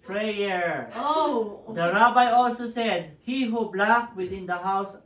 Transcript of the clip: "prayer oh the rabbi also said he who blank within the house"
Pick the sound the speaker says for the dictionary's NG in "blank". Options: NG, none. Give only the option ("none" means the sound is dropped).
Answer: none